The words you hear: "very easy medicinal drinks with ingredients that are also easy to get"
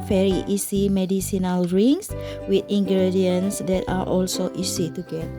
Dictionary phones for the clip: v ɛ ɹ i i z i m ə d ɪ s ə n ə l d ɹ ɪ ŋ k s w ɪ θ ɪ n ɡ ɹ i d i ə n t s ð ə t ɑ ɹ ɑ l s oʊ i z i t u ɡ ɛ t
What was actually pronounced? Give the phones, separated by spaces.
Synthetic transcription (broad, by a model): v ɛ ɹ i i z i m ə d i s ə n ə l ɹ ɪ ŋ s w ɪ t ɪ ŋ ɡ ɹ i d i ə n s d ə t ɑ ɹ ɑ l s oʊ i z i t u ɡ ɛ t